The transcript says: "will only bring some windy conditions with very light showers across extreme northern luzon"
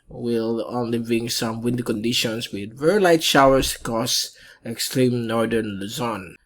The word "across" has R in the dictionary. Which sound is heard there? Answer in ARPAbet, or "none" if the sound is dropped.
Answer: none